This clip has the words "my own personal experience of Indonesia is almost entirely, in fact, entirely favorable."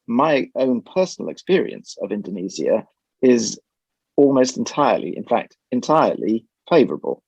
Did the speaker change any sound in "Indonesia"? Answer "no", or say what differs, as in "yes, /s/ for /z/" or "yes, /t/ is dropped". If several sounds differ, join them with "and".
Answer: yes, /z/ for /ʒ/